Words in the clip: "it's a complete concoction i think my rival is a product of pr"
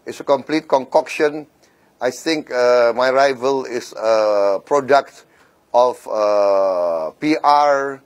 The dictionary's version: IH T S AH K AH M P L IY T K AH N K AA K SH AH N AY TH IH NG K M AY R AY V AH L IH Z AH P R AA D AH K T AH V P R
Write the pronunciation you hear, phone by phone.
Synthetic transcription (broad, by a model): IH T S AH K AH M P L IY T K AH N K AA K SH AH N AY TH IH NG K M AY R AY V AH L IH S AH P R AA D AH K T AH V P R